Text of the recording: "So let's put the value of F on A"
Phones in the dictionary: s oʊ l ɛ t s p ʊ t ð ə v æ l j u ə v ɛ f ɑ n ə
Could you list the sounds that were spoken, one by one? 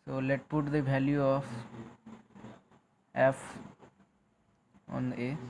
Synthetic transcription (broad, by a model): s oʊ l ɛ t p ʊ t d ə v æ l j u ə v ɛ f ɑ n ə